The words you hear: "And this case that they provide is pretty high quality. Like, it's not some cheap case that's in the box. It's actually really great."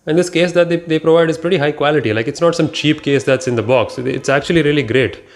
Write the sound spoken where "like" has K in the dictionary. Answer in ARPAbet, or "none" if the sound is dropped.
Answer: K